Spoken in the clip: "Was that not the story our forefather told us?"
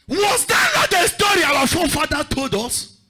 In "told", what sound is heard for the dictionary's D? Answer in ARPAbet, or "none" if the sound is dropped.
D